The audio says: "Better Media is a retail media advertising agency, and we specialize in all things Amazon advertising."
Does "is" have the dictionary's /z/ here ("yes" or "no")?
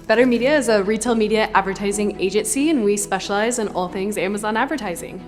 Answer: yes